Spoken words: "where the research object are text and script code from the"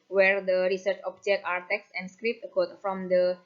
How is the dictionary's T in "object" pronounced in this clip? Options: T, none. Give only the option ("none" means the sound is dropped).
none